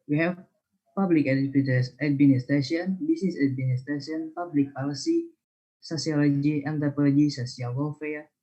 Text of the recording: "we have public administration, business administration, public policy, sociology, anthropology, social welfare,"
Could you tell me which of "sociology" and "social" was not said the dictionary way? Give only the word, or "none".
social